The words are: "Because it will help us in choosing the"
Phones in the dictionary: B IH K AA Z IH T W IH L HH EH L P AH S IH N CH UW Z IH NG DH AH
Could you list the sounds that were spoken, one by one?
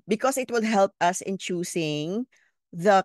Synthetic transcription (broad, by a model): B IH K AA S IH T W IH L HH EH L P AH S IH N CH UW S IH NG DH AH